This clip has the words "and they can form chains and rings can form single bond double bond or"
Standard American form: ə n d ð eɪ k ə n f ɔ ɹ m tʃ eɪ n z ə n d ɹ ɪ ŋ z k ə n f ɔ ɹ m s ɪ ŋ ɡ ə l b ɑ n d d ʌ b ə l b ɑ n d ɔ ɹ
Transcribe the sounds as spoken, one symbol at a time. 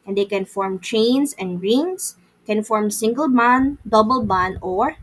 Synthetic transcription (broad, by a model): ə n d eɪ k ə n f ɔ ɹ m tʃ eɪ n s ə n d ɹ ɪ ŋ s k ə n f ɔ ɹ m s ɪ ŋ ɡ ə l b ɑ n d d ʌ b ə l b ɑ n ɔ ɹ